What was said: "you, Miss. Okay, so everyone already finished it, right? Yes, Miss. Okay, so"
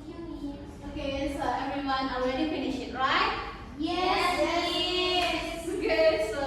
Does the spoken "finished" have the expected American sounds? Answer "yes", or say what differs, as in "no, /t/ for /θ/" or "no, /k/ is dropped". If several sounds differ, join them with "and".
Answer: no, /t/ is dropped